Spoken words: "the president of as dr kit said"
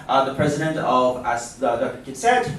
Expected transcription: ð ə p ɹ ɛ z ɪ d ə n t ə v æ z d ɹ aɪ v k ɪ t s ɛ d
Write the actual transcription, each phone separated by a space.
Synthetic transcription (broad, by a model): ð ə p ɹ ɛ z ɪ d ə n t ə v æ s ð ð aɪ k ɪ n s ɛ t